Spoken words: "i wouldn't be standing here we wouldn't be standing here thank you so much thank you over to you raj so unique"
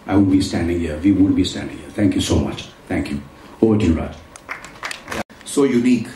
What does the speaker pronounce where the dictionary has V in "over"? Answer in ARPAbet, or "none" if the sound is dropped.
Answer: none